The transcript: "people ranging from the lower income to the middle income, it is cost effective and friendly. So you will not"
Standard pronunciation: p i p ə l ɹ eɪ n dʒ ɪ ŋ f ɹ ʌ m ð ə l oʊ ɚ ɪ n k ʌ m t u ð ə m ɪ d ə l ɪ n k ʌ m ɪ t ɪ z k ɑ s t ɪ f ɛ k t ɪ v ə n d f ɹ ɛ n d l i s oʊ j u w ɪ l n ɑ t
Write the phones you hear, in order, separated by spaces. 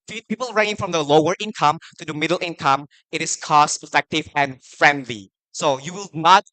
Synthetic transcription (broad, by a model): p i p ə l ɹ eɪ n ɪ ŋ f ɹ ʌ m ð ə l oʊ ɚ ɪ n k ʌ m t u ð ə m ɪ d ə l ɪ n k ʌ m ɪ t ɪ s k ɑ s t ɪ f ɛ k t ɪ v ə n f ɹ ɛ n d l i s oʊ j u w ɪ l n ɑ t